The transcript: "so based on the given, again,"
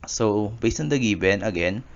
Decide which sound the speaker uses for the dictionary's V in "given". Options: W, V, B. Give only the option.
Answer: B